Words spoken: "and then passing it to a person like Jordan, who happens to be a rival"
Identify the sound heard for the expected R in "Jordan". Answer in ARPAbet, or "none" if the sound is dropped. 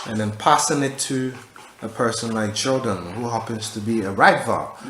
L